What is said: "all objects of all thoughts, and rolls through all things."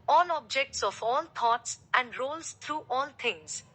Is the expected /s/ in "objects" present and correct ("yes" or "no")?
yes